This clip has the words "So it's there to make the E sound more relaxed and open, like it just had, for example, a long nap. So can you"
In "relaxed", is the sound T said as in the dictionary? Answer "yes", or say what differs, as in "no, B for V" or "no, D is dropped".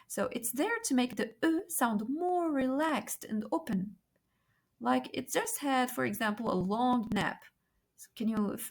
yes